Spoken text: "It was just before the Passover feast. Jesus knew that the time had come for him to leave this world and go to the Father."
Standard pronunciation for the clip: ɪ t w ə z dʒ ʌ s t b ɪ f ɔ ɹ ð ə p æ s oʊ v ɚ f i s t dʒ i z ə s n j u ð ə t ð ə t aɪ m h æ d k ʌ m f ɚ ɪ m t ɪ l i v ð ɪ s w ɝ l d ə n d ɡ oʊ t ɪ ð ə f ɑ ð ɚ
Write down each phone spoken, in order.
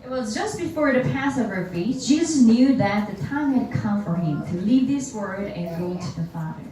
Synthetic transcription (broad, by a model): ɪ t w ə z dʒ ʌ s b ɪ f ɔ ɹ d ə p æ s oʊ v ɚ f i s dʒ i z ə s n j u ð ə t ð ə t aɪ m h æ d k ʌ m f ɚ ɪ m t ɪ l i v ð ɪ s w ɝ d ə n ɡ oʊ t ɪ ð ə f ɑ ð ɚ